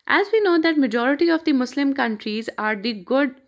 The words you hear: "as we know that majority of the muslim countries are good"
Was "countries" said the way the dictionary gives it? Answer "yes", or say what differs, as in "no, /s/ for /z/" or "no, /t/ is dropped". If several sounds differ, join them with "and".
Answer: yes